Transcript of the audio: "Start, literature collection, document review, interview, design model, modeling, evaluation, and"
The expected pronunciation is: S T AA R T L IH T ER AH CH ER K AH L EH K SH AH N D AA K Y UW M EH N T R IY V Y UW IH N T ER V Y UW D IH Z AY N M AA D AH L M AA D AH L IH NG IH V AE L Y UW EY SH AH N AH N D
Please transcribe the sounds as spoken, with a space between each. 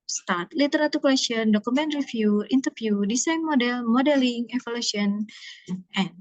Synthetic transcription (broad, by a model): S T AA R T L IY T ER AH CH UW K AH L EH K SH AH N D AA K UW M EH N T R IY F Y UW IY N T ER F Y UW D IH S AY N M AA D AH L M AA D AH L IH NG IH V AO L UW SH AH N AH N